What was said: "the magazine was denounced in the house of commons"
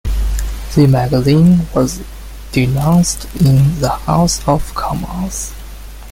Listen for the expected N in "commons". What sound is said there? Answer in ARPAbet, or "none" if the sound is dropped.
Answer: none